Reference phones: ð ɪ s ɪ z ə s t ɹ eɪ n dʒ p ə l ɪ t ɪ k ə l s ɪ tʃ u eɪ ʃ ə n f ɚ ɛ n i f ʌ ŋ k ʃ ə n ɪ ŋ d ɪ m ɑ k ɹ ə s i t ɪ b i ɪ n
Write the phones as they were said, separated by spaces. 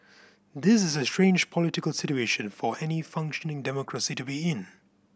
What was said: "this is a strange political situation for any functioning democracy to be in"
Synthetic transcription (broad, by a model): ð ɪ s ɪ z ə s t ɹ eɪ n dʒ p ə l ɪ t ɪ k ə l s ɪ tʃ u eɪ ʃ ə n f ɚ ɛ n i f ʌ ŋ k ʃ ə n ɪ ŋ d ɪ m ɑ k ɹ ə s i t ɪ b i ɪ n